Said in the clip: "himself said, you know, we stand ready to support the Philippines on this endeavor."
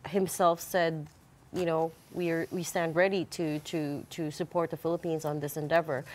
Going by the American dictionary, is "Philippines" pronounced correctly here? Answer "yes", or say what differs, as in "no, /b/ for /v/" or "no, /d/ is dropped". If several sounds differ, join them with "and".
yes